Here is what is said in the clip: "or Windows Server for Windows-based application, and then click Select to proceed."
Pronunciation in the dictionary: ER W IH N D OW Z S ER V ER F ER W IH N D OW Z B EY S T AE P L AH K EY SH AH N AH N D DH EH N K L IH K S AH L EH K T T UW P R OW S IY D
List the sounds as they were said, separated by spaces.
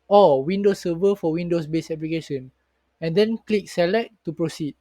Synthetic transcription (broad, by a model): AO W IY N D OW S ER V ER F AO W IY N D OW S B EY S EH P L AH K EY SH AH N AH N D EH N K L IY K S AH L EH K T T UW P R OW S IY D